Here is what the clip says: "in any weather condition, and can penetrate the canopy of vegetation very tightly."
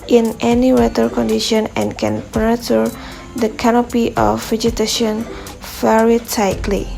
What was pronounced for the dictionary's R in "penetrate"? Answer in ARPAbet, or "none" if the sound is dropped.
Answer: none